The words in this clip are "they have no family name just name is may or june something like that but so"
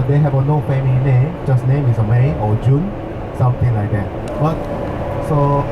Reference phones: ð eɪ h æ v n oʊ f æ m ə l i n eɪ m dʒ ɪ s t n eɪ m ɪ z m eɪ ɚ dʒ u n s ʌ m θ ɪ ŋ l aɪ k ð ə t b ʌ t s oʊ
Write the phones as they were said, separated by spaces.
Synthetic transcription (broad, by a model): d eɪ h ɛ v n oʊ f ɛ m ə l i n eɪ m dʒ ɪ s n eɪ m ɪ s m eɪ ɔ dʒ u n s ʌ m t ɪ ŋ l aɪ k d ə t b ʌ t s oʊ